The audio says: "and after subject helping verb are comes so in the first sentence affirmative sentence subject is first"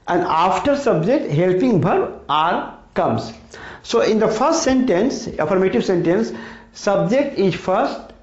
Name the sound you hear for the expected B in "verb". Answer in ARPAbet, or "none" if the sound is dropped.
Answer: none